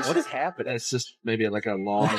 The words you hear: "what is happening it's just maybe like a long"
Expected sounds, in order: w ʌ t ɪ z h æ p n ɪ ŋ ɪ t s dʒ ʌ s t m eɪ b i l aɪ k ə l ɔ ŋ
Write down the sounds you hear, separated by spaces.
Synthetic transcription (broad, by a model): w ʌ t ɪ z h æ p ɪ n ɪ t s dʒ ʌ s t m eɪ b i l aɪ k ə l ɔ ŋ